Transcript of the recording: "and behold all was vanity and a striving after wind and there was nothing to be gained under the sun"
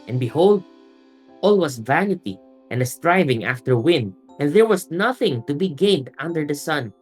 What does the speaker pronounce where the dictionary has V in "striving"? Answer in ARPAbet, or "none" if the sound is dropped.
V